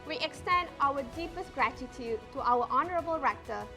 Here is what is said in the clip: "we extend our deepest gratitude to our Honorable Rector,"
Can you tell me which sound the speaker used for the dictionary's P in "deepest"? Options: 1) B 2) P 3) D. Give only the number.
2